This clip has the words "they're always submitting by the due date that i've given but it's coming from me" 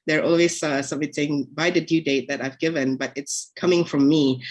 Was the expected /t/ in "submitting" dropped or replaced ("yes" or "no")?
yes